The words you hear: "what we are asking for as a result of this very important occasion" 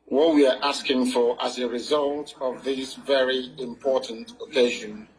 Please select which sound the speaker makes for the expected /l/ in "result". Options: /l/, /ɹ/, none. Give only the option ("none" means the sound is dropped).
/l/